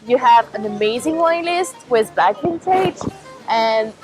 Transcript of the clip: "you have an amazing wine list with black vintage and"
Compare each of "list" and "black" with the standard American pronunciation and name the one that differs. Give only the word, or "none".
black